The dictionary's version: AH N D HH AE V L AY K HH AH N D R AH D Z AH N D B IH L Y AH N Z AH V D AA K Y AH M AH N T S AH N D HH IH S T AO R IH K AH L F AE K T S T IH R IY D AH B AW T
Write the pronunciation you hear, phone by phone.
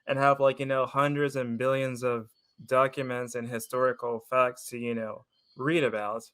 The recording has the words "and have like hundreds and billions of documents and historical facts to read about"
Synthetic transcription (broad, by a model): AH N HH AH V L AY K HH AH N D R AH D Z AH N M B IH L Y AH N Z AH V D AA K Y AH M AH N T S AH N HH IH S T AO R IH K L F AE K T S T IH R IY D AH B AW T